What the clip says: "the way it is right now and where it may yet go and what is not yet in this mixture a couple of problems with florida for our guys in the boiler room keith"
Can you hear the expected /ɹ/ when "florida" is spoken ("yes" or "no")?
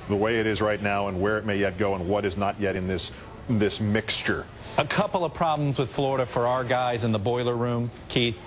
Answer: yes